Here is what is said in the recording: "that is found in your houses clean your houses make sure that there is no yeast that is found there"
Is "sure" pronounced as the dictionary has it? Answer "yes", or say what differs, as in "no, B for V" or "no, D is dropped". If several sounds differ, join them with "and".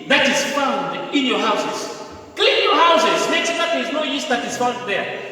no, S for SH